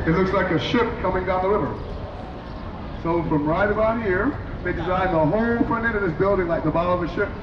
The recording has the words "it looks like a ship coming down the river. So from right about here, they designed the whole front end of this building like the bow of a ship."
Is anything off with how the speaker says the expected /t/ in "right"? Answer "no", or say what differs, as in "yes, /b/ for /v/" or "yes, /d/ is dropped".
no